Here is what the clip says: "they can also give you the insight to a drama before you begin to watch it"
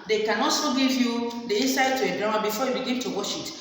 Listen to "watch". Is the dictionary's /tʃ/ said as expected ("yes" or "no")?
no